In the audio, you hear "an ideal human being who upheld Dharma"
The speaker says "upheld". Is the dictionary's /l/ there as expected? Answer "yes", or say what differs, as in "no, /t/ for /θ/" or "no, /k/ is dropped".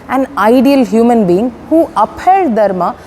no, /l/ is dropped